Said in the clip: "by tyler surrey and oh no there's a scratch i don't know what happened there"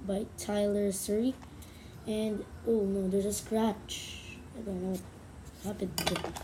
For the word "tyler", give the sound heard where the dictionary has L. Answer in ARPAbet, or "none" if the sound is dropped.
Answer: L